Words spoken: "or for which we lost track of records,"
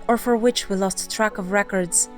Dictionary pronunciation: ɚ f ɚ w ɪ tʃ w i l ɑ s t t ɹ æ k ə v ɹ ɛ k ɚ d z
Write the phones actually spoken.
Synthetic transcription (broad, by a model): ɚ f ɚ w ɪ tʃ w i l ɑ s t t ɹ æ k ə v ɹ ɛ k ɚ d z